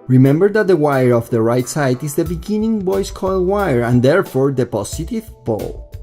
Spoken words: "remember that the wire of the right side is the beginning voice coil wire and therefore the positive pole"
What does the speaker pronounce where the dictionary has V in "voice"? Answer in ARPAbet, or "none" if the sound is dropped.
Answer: B